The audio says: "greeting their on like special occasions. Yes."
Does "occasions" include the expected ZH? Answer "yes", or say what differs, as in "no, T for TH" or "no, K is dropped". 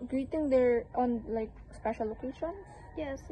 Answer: no, SH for ZH